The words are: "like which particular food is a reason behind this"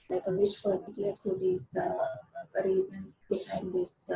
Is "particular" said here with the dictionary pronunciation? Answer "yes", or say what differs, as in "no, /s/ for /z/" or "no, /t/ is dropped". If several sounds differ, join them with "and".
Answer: no, /f/ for /p/